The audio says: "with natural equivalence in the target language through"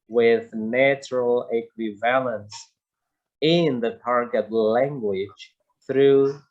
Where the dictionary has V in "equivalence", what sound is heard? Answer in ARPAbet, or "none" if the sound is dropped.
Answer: V